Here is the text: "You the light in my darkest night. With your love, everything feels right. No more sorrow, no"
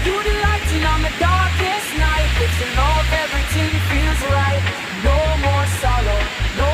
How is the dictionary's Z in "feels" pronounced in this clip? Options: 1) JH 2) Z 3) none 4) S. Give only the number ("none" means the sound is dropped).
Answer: 2